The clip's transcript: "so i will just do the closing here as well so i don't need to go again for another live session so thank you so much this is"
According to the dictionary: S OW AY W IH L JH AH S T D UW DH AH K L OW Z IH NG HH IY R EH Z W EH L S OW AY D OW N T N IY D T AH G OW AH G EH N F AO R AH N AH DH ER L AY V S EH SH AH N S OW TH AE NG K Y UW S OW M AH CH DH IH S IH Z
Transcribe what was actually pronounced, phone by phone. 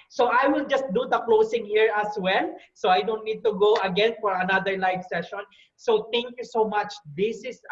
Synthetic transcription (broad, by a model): S OW AY W IH L JH AH S T D UW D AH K L OW S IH NG HH IY R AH S W EH L S OW AY D OW N T N IY D T AH G OW AH G EH N F AO R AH N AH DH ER L AY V S EH SH AH N S OW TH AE NG K Y UW S OW M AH CH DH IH S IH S